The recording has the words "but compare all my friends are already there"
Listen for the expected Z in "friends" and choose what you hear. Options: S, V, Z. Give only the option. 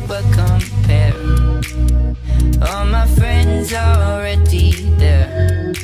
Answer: Z